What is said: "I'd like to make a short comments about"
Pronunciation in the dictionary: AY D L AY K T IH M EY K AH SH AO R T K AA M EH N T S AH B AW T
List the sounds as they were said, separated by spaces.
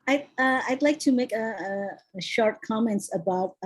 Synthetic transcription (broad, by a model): AY D L AY K T IH M EY K AH SH AO R T K AA M EH N T S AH B AW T